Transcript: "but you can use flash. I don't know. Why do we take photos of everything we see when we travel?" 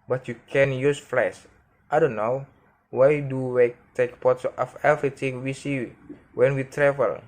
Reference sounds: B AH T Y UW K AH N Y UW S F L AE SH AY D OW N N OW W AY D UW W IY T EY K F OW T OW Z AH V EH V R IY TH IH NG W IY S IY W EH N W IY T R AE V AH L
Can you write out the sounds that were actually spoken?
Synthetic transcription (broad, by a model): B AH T Y UW K AH N Y UW S F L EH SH AY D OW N N OW W AY D UW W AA T EY K P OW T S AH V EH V R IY T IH NG W IY S IY W EH N W IY T R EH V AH L